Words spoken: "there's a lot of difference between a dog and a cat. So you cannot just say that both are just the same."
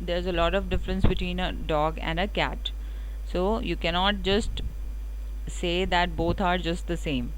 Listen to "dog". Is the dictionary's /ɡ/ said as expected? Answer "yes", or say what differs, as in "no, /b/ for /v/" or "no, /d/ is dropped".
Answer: yes